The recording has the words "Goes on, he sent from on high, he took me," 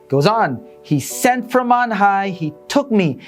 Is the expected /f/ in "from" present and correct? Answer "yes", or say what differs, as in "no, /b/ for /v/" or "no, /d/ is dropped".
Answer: yes